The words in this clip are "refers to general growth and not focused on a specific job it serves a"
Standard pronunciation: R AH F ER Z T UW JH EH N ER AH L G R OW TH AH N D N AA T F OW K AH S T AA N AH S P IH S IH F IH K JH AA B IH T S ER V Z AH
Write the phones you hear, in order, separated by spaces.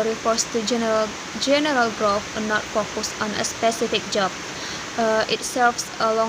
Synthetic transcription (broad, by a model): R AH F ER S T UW JH EH N ER AH L G R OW F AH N N AA T F OW K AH S AA N AH S P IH S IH F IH K JH AA B IH T S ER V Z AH